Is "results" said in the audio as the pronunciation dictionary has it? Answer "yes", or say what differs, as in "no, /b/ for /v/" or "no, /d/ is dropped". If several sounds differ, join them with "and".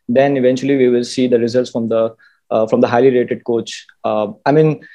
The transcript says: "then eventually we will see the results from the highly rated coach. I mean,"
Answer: yes